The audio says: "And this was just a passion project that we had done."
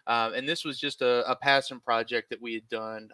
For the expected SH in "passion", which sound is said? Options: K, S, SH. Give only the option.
S